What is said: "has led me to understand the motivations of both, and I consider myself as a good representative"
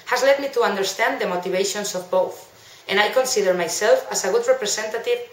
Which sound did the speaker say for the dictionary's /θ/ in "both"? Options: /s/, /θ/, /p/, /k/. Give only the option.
/θ/